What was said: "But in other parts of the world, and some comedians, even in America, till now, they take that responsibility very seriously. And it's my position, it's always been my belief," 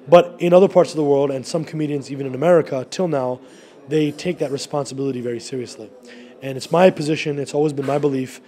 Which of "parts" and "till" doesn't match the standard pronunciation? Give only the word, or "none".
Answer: none